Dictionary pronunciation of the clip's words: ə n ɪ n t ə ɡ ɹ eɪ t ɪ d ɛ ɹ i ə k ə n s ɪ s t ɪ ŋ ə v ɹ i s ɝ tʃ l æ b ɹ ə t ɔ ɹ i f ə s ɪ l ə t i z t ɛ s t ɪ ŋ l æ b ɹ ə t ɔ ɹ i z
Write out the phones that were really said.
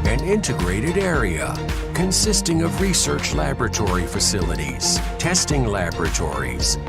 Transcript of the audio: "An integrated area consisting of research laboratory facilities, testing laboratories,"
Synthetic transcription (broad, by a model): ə n ɪ n t ə ɡ ɹ eɪ t ɪ d ɛ ɹ i ə k ə n s ɪ s t ɪ ŋ ə v ɹ i s ɝ tʃ l æ b ɹ ə t ɔ ɹ i f ə s ɪ l ə t i z t ɛ s t ɪ ŋ l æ b ɹ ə t ɔ ɹ i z